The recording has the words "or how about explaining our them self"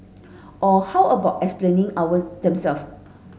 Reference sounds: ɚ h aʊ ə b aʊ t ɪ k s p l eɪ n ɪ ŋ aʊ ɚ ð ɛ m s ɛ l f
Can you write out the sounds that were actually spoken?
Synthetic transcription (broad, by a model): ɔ h aʊ ə b aʊ t ɪ k s p l eɪ n ɪ ŋ aʊ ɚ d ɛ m s ɛ l f